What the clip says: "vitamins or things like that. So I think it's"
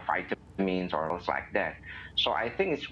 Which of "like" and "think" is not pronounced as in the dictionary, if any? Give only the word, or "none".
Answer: none